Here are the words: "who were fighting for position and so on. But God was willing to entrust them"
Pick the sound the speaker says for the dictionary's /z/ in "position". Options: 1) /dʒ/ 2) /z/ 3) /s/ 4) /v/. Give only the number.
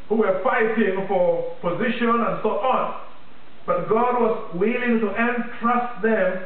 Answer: 2